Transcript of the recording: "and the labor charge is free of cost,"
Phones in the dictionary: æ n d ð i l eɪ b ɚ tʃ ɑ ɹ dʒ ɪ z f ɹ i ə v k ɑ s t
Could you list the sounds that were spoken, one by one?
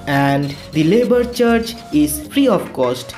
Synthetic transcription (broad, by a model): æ n d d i l eɪ b ɚ tʃ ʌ ɹ tʃ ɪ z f ɹ i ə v k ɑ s t